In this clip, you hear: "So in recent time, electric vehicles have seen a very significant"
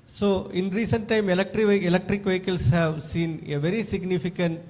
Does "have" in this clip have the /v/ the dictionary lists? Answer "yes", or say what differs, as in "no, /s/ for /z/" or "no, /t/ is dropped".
yes